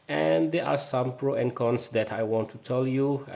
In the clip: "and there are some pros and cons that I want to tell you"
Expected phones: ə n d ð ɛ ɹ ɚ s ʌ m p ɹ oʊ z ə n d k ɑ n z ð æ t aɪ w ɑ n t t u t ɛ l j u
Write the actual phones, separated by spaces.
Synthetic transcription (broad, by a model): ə n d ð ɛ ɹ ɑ s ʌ m p ɹ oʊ ə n k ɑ n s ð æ t aɪ w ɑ n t t u t ɛ l j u